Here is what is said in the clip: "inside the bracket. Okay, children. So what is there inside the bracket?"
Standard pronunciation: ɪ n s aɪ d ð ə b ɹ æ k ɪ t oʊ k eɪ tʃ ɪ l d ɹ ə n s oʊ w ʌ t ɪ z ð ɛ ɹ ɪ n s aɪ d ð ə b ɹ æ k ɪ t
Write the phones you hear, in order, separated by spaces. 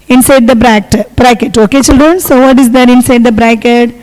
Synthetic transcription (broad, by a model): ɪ n s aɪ d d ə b ɹ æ k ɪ t oʊ k eɪ tʃ ɪ l d ɹ ə n s oʊ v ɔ t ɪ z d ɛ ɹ ɪ n s aɪ d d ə b ɹ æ k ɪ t